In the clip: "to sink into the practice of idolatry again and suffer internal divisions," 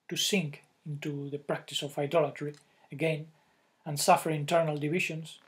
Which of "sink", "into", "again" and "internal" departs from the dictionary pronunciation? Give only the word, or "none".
none